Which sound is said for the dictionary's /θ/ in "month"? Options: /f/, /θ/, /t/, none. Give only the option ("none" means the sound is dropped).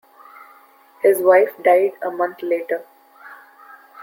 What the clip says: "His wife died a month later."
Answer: /t/